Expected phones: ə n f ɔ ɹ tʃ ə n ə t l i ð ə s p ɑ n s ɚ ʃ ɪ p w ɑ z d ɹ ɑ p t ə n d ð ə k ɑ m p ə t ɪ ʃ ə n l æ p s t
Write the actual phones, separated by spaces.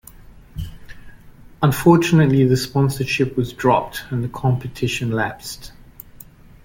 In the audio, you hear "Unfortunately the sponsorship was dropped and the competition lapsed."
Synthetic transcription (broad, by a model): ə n f ɔ tʃ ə n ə t l i ð ə s p ɑ n s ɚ ʃ ɪ p w ɑ z d ɹ ɑ p t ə n ð ə k ɑ m p ə t ɪ ʃ ə n l æ p s t